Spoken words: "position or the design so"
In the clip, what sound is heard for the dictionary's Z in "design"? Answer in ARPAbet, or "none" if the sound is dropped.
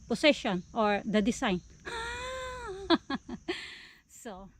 S